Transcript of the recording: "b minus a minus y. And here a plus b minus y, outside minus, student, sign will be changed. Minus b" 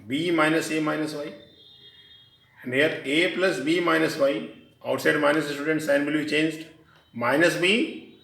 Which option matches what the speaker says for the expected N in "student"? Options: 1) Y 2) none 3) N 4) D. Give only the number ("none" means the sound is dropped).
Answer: 3